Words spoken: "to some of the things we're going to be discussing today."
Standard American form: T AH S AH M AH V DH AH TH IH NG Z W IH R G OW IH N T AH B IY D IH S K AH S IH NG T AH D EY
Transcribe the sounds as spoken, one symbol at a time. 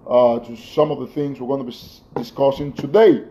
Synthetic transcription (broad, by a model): T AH S AH M AH V DH AH TH IH NG Z W IH R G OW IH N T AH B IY D IH S K AH S IH NG T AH D EY